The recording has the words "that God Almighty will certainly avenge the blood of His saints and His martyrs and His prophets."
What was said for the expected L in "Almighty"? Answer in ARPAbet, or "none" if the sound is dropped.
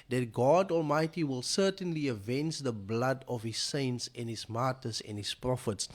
L